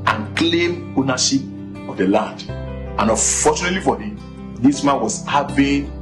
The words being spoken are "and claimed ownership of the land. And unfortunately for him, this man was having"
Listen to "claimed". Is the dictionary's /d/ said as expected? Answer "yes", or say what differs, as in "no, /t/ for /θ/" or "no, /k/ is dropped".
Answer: no, /d/ is dropped